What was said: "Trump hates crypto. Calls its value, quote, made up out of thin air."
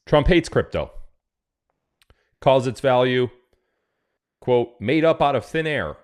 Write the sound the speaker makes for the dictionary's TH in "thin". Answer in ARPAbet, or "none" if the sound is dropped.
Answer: TH